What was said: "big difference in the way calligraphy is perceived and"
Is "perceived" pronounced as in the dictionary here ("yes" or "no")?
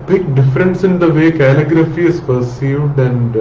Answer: yes